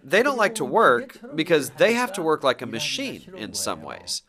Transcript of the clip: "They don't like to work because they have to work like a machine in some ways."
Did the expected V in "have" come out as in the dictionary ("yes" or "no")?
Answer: no